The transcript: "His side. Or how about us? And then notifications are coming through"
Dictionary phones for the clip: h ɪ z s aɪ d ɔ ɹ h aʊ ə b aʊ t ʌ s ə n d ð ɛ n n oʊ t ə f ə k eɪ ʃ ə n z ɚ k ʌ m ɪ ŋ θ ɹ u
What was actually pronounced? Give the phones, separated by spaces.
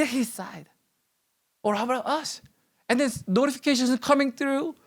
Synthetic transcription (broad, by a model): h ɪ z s aɪ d ɔ ɹ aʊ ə aʊ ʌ s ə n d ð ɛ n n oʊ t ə f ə k eɪ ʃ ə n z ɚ k ʌ m ɪ ŋ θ ɹ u